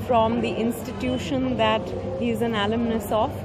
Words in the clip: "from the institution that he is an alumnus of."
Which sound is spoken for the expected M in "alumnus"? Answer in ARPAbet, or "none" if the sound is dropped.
M